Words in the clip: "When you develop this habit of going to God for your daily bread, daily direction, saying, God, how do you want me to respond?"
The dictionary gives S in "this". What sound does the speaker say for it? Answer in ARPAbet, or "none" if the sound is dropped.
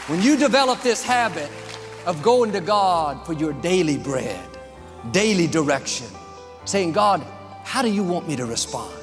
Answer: S